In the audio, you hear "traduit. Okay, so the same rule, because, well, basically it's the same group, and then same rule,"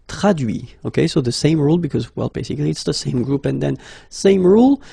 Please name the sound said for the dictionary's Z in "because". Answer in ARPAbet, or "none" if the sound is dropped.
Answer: Z